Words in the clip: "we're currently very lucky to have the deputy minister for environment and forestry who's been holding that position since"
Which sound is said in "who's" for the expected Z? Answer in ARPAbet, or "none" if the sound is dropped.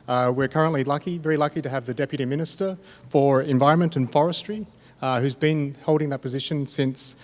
Z